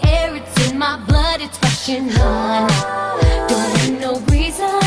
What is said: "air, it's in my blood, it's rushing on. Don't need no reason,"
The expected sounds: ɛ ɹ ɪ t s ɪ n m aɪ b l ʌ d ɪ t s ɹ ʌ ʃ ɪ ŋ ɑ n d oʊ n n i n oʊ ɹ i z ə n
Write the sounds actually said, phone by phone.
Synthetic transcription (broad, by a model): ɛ ɹ ɪ t s ɪ n m aɪ b l ʌ d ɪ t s w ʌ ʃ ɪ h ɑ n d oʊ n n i n oʊ ɹ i z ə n